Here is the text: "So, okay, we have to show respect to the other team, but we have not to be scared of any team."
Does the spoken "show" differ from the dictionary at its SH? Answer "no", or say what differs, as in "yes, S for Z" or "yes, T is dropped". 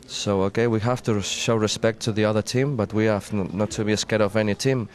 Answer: no